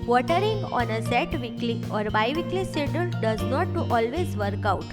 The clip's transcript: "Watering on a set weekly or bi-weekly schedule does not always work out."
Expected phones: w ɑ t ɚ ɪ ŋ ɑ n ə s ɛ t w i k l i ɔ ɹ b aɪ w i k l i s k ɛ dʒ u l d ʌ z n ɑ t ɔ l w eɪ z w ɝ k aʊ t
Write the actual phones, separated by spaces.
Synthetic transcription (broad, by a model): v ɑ t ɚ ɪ ŋ ɑ n ə s ɛ t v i k l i ɔ ɹ b aɪ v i k l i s ɛ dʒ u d d ʌ z n ɑ t ɔ l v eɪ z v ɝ k aʊ t